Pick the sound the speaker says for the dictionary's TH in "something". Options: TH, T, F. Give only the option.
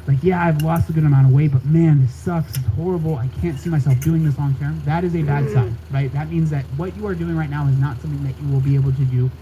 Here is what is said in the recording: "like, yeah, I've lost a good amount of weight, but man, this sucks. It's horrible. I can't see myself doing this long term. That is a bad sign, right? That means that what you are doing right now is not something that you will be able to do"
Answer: TH